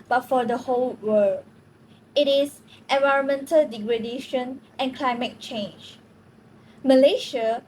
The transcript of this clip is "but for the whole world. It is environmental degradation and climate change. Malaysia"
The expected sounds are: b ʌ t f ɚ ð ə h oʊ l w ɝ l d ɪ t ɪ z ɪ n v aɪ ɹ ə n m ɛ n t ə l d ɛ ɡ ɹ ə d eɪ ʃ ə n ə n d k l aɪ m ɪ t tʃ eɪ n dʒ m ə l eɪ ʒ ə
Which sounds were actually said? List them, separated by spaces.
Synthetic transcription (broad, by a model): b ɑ t f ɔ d ə h oʊ l w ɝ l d ɪ t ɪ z ɪ n v aɪ ɹ ə n m ɛ n t ə l d ɛ ɡ ɹ ə d eɪ ʃ ə n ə n k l aɪ m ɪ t tʃ eɪ n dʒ m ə l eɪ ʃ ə